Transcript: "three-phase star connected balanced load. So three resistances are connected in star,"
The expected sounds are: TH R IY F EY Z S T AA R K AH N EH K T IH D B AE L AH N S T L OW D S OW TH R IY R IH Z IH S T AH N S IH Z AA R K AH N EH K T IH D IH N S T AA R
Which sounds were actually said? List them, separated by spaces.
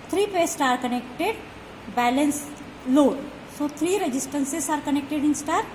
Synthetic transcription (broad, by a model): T R IY P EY S T AA R K AH N EH K T IH D B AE L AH N S L OW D S OW T R IY R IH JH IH S T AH N S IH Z AA R K AH N EH K T IH D IH N S T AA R